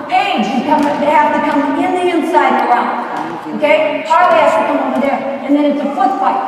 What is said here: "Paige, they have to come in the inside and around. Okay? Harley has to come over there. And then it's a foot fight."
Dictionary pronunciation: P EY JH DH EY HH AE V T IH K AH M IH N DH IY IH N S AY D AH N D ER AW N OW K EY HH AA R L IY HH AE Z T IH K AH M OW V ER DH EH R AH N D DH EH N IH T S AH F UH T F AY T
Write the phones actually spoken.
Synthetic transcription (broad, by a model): EY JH DH EY HH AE F T IH K AH M IH N DH IY IH N S AY D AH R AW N OW K EY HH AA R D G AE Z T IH K AH M OW V ER DH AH R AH N DH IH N IH T S AH F UH T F AY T